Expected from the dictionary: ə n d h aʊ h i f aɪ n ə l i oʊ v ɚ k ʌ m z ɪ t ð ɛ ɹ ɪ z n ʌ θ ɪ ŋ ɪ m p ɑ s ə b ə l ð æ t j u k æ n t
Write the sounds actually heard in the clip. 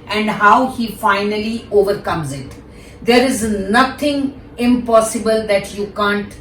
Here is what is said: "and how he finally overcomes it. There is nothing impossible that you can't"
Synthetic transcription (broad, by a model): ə n d h aʊ h i f aɪ n ə l i oʊ v ɚ k ʌ m z ɪ t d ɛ ɹ ɪ z n ʌ t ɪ ŋ ɪ m p ɑ s ə b ə l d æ t j u k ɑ n t